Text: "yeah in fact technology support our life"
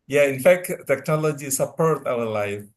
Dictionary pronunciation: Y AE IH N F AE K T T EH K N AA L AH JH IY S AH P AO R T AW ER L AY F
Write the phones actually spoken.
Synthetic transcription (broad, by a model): Y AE IH N F AE K T T EH K N AA L AH JH IY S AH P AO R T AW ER L AY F